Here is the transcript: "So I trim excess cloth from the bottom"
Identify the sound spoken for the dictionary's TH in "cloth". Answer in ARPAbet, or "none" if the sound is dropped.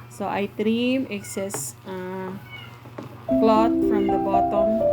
T